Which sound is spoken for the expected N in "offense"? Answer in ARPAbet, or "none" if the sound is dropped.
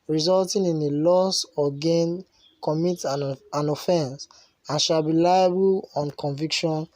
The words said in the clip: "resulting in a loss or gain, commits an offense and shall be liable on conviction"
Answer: N